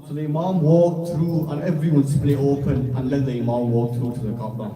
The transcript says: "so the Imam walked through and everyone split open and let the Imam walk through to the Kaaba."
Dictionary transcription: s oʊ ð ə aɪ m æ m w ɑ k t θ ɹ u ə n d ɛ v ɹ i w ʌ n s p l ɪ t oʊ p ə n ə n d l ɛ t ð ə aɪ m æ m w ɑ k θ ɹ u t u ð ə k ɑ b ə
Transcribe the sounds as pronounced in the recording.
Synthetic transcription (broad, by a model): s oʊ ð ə m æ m w ɑ k t ɹ u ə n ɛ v ɹ i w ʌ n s p l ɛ oʊ p ə n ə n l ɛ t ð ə m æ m w ɑ k t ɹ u t u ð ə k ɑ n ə